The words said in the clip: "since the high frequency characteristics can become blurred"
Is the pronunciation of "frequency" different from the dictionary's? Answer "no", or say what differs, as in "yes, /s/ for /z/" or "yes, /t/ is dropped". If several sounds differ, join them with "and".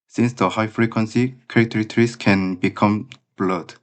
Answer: no